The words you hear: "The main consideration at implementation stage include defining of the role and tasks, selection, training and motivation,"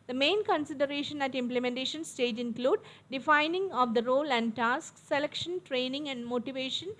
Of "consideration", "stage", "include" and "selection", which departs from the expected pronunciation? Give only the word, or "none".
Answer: none